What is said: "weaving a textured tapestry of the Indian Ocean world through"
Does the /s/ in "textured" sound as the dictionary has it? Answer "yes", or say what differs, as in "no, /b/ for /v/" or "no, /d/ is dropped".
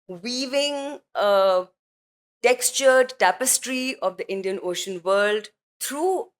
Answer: yes